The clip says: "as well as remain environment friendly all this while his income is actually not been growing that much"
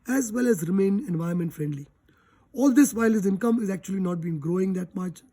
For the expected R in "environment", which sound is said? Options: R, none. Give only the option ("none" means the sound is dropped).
none